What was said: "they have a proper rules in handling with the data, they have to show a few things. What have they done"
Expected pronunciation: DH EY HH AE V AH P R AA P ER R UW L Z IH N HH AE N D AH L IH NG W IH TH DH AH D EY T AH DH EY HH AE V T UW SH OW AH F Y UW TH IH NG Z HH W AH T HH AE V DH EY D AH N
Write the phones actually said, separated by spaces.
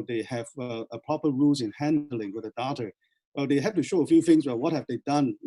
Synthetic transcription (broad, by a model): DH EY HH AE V AH P R AA P ER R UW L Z IH N HH AE N D AH L IH NG W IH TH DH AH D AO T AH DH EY HH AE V T UW SH OW AH F Y UW TH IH NG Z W W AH T HH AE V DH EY D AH N